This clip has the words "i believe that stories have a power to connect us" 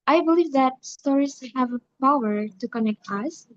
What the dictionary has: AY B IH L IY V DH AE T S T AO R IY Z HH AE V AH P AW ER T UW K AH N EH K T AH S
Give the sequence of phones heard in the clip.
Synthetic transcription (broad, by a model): AY B IH L IY V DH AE T S T AO R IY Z HH AE V AH P AW ER T UW K AH N EH K T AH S